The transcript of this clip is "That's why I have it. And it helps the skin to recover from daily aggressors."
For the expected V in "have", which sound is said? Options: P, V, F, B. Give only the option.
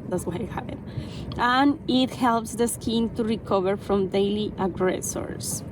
P